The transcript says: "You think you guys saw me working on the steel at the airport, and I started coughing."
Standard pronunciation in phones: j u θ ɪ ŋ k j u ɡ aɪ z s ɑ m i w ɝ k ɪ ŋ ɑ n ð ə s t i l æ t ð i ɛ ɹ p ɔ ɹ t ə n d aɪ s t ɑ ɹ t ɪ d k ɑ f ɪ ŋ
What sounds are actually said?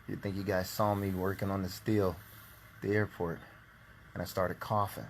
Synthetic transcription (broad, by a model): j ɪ θ ɪ ŋ k j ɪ ɡ aɪ z s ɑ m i w ɝ k ɪ ŋ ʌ n ð ə s t i l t ð i ɛ ɹ p ɔ ɹ t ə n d aɪ s t ɑ ɹ t ɪ d k ɑ f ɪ